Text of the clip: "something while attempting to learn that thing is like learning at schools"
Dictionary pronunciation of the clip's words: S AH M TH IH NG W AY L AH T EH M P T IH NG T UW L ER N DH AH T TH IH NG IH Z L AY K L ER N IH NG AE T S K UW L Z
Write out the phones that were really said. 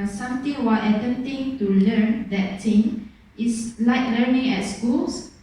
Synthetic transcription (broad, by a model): S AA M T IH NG W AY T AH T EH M T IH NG T UW L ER N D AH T T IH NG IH S L AY K L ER N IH NG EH T S K UW L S